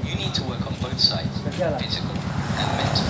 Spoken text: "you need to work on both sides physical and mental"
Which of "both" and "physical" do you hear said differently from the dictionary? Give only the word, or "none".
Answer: none